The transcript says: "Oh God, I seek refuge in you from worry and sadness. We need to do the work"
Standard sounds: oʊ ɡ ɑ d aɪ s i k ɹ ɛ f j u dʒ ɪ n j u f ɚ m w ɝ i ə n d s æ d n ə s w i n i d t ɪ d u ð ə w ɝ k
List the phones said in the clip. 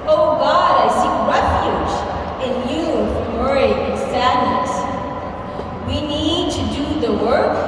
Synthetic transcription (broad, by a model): oʊ ɡ ɑ d aɪ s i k ɹ ɛ f j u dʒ ɪ n j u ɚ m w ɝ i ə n s æ d n ə s w i n i d t ɪ d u ð ə w ɝ k